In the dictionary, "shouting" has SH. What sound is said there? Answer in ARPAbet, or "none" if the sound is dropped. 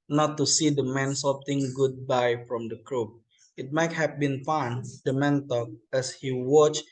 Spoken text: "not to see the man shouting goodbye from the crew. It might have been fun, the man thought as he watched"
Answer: S